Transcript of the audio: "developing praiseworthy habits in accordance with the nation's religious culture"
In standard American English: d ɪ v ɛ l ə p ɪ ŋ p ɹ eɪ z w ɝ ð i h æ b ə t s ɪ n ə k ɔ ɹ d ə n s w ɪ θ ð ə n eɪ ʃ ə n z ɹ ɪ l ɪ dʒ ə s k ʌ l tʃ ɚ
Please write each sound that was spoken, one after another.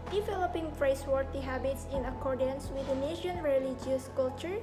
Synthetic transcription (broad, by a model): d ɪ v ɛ l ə p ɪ ŋ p ɹ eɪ s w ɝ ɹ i h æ b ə t s ɪ n ə k ɔ ɹ d ə n s w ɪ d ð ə n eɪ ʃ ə n ɹ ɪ l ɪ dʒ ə s k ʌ l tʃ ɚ